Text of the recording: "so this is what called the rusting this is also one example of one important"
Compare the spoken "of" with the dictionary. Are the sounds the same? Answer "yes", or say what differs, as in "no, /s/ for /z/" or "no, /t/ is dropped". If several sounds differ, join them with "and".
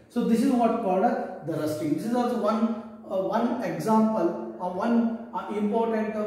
yes